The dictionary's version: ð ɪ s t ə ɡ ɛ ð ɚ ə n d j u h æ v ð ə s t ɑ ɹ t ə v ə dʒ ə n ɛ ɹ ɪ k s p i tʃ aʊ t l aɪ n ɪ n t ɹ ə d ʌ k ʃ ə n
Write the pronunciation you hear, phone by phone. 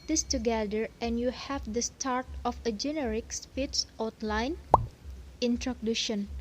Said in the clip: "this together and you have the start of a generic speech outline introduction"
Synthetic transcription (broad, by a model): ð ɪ s t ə ɡ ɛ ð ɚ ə n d j u h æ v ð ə s t ɑ ɹ t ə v ə dʒ ə n ɛ ɹ ɪ k s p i s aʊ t l aɪ n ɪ n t ɹ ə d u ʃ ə n